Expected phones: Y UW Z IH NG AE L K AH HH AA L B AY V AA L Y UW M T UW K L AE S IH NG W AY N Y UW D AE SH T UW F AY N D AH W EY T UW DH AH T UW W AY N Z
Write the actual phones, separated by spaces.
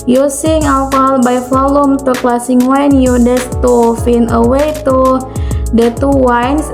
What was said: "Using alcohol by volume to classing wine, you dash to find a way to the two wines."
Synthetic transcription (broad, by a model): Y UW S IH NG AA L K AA L B AY F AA L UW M T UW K L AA S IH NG W AY N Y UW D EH S T UW F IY N AH W EY T UW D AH T UW W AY N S